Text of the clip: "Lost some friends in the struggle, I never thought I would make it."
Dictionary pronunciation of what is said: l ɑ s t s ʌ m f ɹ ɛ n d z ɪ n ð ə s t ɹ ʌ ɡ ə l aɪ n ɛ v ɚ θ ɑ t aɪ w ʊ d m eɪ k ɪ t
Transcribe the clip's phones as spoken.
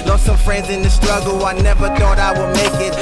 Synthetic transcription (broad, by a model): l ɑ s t s ʌ m f ɹ ɛ n d z ɪ n ð ə s t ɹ ʌ ɡ l aɪ n ɛ v ɚ θ ɑ t aɪ w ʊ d m eɪ k ɪ t